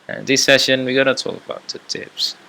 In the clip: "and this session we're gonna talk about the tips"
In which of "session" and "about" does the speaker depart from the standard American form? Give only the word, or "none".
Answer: none